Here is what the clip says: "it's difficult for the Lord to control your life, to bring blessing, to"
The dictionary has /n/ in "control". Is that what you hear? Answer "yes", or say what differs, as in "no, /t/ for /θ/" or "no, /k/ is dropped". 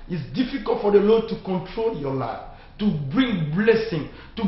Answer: yes